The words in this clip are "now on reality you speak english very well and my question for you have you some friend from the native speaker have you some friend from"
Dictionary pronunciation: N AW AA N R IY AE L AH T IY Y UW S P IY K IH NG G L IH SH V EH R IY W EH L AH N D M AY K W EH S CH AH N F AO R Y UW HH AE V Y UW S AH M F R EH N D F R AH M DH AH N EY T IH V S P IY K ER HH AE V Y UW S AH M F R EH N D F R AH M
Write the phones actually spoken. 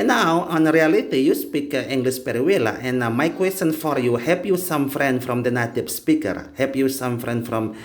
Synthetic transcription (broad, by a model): N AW AA N R IY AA L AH T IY Y UW S P IY K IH NG G L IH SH P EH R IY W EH L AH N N M AY K W EH S CH AH N F AO R Y UW HH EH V Y UW S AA M F R EH N D F R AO M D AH N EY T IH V S P IY K ER HH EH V Y UW S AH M F R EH N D F R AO M